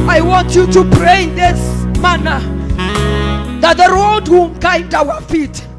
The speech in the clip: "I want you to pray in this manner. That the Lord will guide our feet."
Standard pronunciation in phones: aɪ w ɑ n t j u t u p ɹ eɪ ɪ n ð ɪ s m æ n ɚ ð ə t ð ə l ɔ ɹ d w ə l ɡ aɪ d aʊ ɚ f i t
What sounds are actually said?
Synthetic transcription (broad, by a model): aɪ w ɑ n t j u t u p ɹ eɪ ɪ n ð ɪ s m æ n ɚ ð ə t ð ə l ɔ l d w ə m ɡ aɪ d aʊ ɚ f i t